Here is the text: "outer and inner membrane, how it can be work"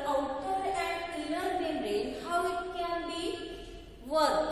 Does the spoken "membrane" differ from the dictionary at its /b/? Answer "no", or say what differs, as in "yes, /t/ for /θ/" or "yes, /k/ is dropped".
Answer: yes, /b/ is dropped